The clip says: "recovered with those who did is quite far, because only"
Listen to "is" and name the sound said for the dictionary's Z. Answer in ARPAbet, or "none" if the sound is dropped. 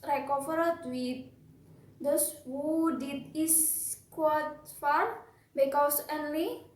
S